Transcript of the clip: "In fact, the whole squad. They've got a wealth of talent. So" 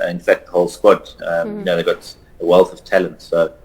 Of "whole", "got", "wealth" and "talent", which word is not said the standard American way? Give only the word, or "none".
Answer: none